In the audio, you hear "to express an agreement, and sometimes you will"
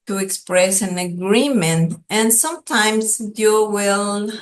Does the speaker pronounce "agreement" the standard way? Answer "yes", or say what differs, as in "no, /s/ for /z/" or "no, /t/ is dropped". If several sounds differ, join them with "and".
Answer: yes